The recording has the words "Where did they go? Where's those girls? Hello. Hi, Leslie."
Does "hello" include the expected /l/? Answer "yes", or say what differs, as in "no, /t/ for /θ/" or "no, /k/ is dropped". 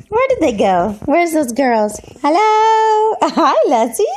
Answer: yes